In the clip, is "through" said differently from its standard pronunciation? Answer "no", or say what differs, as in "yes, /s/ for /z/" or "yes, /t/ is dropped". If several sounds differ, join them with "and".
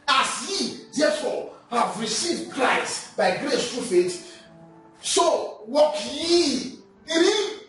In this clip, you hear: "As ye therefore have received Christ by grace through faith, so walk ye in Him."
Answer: yes, /t/ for /θ/